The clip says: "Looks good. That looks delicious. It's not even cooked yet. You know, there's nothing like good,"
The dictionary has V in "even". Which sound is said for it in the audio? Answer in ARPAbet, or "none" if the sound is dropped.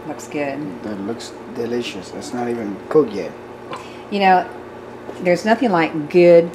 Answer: V